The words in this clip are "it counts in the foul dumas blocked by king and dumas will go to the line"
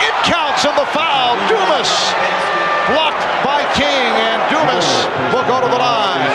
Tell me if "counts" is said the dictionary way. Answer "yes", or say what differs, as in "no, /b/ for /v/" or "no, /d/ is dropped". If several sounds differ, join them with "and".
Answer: yes